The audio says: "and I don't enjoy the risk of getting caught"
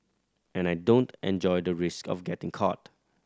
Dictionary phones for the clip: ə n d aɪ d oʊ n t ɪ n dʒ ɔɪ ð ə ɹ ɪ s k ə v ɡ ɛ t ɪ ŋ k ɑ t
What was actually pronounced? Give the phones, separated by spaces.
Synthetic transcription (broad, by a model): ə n aɪ d oʊ n t ɪ n dʒ ɔɪ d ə ɹ ɪ s k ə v ɡ ɛ t ɪ ŋ k ɑ t